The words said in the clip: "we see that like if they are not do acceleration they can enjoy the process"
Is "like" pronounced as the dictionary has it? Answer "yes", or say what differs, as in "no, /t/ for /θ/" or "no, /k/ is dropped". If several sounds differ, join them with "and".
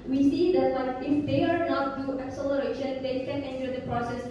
no, /w/ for /l/